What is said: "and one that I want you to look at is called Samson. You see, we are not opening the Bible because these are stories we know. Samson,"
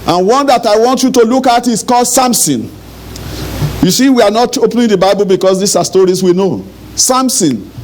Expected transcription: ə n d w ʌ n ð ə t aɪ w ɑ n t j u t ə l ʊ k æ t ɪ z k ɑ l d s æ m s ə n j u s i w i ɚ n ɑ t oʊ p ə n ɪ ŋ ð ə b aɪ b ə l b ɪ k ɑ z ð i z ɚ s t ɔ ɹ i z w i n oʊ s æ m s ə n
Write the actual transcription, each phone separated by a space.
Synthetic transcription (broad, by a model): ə n w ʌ n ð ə t aɪ w ɑ n t j u t ə l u k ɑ t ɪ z k ɑ l d s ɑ m s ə n j u s i w i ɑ n ɑ t oʊ p n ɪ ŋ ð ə b aɪ b ə l b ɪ k ɑ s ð i s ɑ s t ɔ ɹ i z w i n oʊ s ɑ m s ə n